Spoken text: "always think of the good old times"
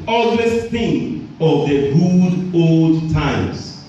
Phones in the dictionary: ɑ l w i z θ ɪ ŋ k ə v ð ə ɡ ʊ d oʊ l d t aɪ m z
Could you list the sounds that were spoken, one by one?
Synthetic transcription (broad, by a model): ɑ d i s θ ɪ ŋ ə v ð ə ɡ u d oʊ l d t aɪ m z